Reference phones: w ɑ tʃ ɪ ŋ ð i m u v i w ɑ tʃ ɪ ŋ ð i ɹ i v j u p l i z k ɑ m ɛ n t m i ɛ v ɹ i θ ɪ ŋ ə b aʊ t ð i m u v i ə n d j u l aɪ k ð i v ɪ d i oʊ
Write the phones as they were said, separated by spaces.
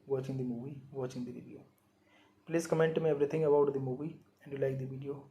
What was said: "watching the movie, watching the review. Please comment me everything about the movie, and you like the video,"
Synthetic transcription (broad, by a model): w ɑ tʃ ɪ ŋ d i m u v i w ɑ tʃ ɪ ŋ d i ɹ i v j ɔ p l i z k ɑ m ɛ n t m i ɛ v ɹ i t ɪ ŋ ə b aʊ t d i m u v i ə n d j u l aɪ k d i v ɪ d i oʊ